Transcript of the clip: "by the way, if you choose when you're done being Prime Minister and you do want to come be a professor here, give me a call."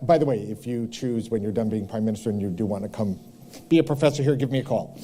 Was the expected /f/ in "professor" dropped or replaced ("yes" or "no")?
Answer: no